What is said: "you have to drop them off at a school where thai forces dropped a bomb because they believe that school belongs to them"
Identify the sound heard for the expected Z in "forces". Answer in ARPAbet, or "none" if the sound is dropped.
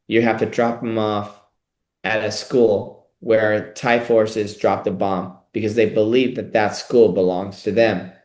Z